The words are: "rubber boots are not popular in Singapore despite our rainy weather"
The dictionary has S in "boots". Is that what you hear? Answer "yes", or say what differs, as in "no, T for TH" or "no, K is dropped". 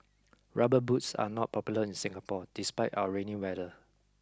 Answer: yes